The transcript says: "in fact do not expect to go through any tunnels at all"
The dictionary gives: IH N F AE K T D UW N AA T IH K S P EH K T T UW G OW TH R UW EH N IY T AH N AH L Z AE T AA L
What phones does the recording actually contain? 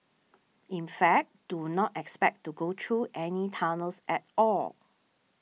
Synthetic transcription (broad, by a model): IH N F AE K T D UW N AA T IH K S P EH K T T UW G OW T R UW EH N IY T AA N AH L S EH T AA L